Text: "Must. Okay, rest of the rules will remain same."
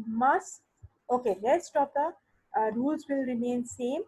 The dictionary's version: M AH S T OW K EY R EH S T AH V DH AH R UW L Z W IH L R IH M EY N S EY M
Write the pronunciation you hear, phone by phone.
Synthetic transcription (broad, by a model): M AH S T OW K EY L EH S T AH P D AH R UW L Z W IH L R IH M EY N S EY M